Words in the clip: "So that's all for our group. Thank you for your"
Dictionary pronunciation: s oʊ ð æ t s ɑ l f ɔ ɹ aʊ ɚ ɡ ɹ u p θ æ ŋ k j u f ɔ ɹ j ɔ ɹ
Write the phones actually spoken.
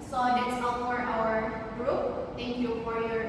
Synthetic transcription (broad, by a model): s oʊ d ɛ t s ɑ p f ɔ ɹ aʊ ɚ ɡ ɹ u p t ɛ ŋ k j u f ɔ ɹ j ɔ ɹ